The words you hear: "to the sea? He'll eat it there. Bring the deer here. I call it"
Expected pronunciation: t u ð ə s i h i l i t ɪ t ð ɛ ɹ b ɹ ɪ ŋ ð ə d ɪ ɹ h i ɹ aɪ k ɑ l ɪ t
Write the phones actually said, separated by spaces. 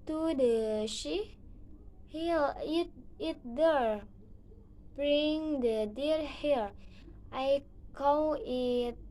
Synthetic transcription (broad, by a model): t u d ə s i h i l i t ɪ t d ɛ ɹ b ɹ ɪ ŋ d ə d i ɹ h i ɹ aɪ k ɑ w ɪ t